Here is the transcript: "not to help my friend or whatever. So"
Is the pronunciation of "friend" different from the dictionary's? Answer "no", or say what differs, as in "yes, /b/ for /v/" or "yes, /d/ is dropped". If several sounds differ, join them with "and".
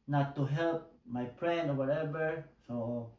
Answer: yes, /p/ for /f/